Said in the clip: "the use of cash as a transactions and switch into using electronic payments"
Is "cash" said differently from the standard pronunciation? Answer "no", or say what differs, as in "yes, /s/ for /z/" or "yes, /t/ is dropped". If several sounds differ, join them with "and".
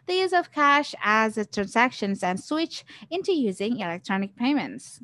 no